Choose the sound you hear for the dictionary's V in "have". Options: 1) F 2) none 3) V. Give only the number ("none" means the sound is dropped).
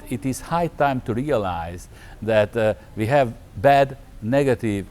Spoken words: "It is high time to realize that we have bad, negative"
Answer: 3